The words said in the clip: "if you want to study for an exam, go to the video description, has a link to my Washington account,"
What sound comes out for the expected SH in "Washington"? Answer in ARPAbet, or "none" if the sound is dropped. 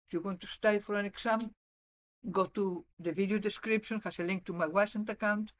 S